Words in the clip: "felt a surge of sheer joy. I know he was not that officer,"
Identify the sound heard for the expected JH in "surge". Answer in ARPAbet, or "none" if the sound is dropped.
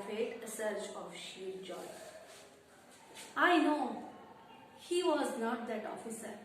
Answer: CH